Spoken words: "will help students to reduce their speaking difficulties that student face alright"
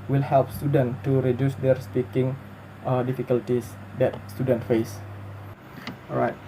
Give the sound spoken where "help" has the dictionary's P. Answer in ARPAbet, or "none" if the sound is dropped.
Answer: P